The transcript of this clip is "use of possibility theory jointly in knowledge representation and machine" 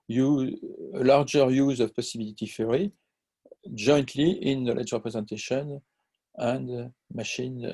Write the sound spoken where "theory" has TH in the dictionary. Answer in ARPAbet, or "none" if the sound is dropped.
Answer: F